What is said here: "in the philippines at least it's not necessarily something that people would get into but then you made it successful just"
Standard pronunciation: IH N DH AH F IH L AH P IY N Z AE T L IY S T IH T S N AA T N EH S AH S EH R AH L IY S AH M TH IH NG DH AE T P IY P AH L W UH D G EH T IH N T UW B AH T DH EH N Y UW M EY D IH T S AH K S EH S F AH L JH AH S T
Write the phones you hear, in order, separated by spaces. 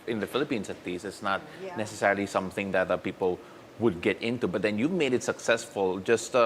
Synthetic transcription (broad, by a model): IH N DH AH F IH L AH P IY N S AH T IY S IH T S N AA T N EH S AH S EH R AH L IY S AH M TH IH NG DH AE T P IY P AH L W UH D G EH T IH N T UW B AH T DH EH N Y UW M EY D IH T S AH K S EH S F AH L JH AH S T